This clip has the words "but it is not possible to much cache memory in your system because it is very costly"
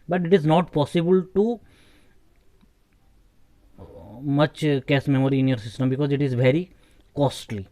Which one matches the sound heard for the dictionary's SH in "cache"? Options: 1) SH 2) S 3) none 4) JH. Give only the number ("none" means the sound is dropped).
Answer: 2